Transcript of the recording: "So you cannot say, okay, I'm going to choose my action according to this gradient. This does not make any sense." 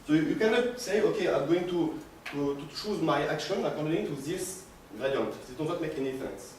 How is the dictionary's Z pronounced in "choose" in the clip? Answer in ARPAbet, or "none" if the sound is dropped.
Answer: Z